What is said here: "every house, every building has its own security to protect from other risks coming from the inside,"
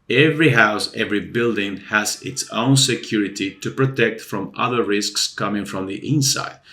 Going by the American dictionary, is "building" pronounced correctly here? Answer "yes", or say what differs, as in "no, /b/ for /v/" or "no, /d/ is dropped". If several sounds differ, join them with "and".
yes